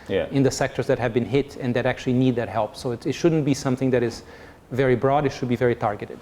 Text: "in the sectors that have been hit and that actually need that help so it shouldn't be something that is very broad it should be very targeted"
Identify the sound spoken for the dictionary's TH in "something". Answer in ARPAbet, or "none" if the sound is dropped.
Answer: TH